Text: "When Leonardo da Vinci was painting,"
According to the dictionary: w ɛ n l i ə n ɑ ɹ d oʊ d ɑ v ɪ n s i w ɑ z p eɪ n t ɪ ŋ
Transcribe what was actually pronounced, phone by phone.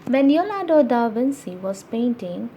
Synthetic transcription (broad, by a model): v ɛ n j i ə l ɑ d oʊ d ɑ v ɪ n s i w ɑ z p eɪ n t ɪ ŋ